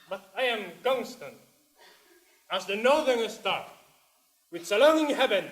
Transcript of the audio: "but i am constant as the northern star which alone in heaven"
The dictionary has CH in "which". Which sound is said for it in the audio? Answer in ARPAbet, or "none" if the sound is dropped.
S